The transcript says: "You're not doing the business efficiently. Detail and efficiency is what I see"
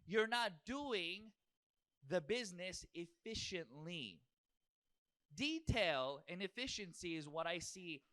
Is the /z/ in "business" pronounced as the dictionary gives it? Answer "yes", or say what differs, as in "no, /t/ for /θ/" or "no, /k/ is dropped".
yes